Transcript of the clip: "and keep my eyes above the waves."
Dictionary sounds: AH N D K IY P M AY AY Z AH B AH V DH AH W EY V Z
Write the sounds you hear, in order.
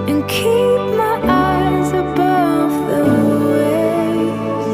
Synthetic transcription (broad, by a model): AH N K IY P M AY AY Z AH B AH V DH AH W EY